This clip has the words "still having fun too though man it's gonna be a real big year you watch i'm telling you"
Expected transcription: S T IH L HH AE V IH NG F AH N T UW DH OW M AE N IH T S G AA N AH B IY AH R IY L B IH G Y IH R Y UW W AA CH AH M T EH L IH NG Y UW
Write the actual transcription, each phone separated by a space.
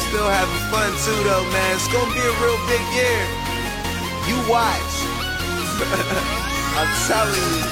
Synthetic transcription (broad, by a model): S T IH L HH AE V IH F AH N S UW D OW M AE N IH T S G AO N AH B IY AH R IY L B IH G Y IH R Y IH W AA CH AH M S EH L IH